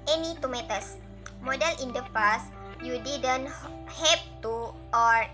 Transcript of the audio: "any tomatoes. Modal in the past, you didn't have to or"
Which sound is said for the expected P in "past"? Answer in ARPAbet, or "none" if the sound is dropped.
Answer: F